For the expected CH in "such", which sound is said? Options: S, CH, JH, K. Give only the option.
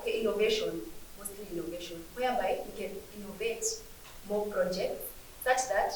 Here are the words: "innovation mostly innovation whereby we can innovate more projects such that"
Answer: S